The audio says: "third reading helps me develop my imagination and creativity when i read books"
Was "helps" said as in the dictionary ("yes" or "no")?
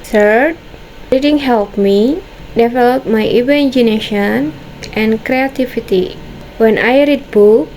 no